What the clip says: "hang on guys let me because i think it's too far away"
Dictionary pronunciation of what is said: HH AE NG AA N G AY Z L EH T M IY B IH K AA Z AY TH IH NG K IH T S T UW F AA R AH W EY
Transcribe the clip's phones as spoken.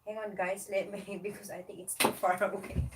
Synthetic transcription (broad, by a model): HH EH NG AA N G AY S L EH T M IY B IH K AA S AY T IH NG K IH T S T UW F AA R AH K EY